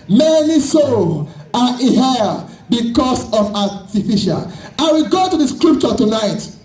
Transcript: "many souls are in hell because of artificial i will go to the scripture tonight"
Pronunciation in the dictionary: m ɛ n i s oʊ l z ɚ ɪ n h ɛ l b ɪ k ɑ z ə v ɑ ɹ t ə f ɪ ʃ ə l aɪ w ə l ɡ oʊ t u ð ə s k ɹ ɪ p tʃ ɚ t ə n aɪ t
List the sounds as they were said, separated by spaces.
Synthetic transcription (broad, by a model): m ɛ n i s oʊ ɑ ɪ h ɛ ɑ b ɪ k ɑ s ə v ɑ t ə f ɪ ʃ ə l aɪ w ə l ɡ oʊ t u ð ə s k ɹ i p tʃ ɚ t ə n aɪ t